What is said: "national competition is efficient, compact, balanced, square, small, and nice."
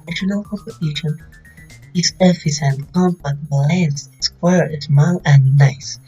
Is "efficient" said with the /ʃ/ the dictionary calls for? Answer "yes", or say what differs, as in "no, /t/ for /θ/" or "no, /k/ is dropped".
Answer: no, /s/ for /ʃ/